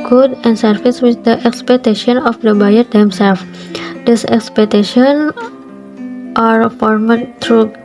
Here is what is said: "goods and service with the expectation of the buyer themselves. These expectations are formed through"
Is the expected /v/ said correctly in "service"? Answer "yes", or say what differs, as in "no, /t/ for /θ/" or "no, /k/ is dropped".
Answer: no, /f/ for /v/